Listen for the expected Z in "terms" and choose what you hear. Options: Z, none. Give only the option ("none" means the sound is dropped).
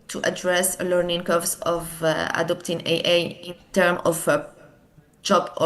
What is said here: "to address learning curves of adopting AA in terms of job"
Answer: none